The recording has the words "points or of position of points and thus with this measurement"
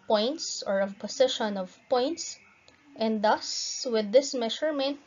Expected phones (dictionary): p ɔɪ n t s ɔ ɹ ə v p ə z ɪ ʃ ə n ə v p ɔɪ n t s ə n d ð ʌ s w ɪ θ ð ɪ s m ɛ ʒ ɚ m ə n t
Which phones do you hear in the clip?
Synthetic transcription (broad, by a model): p ɔɪ n t s ɔ ɹ ə v p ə s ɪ ʃ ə n ə v p ɔɪ n t s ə n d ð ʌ s w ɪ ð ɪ s m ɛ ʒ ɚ m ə n t